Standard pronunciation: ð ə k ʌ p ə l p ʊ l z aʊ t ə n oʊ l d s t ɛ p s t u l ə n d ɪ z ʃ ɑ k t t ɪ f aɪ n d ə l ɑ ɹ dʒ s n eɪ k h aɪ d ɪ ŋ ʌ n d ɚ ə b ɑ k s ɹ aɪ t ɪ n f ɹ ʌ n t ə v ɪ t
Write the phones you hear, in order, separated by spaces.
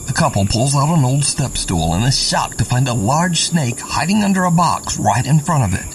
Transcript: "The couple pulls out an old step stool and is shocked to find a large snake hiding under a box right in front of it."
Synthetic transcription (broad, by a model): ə k ʌ p l p ʊ l z aʊ t ə n oʊ l d s t ɛ p s t u l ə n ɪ ʃ ɑ k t t ɪ f aɪ n d ə l ɑ ɹ dʒ s n eɪ k h aɪ d ɪ ŋ ʌ n d ɚ ə b ɑ k s ɹ aɪ t ɪ n f ɹ ʌ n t ə v ɪ t